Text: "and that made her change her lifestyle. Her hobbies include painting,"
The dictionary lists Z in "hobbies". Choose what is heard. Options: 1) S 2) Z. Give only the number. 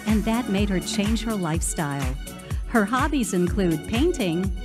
2